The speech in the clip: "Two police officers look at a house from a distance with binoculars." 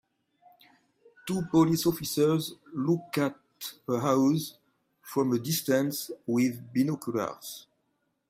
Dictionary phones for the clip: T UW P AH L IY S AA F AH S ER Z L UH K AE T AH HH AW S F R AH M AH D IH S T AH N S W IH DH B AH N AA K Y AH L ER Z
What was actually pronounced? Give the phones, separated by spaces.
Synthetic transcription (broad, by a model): T UW P AH L IY S AA F AH S ER Z L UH K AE T AH HH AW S F R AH M AH D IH S T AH N S W IH DH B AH N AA K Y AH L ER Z